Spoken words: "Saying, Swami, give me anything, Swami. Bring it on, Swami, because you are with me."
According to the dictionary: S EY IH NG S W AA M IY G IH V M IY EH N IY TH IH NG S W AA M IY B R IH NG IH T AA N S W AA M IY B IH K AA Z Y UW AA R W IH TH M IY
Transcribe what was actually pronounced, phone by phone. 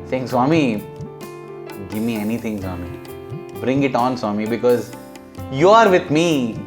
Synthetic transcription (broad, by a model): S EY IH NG S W AA M IY G IH V M IY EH N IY T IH NG S W AA M IY B R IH NG IH T AA N S W AA M IY B IH K AA Z Y UW AA R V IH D M IY